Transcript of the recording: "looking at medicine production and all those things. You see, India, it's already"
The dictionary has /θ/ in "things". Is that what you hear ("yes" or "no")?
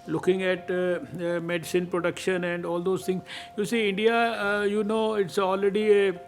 no